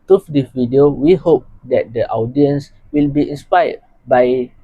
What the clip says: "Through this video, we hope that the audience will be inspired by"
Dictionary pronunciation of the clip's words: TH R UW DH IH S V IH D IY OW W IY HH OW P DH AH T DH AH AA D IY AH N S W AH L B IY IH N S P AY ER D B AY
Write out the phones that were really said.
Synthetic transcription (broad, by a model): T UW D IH V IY D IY OW W IY HH OW P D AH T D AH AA D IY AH N S W AH L B IY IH N S P AY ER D B AY